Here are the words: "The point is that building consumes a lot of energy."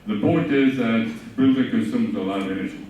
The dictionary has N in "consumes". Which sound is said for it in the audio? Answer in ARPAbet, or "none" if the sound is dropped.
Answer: none